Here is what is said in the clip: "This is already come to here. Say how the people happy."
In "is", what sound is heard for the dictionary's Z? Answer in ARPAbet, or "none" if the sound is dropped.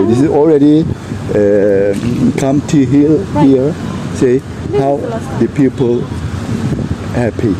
S